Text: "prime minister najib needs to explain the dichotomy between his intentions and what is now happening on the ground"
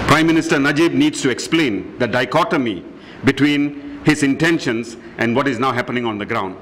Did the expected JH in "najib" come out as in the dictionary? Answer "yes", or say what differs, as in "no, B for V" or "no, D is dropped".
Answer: yes